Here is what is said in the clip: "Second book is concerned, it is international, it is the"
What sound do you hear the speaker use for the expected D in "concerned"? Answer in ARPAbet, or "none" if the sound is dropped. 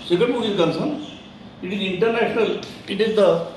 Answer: none